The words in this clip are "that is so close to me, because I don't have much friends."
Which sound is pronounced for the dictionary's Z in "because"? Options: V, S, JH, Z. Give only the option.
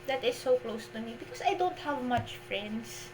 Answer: S